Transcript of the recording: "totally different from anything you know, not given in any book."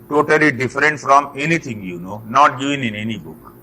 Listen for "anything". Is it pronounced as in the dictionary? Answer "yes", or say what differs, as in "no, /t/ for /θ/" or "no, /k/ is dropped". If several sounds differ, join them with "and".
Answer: no, /t/ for /θ/